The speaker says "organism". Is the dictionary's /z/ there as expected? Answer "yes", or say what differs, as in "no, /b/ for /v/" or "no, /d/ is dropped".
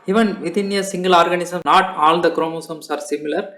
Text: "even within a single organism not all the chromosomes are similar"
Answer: no, /s/ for /z/